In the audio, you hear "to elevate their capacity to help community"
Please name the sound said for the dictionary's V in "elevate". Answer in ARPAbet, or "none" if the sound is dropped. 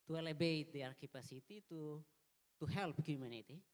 B